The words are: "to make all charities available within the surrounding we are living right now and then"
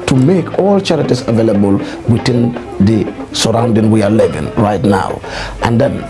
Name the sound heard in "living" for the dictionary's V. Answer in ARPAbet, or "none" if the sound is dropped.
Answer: V